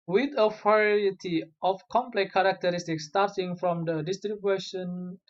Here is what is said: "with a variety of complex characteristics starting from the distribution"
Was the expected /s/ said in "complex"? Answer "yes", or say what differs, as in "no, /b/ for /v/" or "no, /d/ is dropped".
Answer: no, /s/ is dropped